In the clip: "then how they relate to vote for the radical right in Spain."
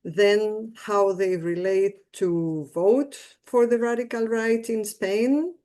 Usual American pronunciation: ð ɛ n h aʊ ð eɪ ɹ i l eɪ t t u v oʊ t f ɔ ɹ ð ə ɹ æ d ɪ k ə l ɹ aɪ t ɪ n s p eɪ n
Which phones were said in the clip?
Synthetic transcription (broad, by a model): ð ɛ n h aʊ ð eɪ ɹ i l eɪ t t u v oʊ t f ɔ ɹ ð ə ɹ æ d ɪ k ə l ɹ aɪ t ɪ n s p eɪ n